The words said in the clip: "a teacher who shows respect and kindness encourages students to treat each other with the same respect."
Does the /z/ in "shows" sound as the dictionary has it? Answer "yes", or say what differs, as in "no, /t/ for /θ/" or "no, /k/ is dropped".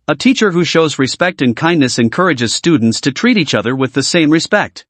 yes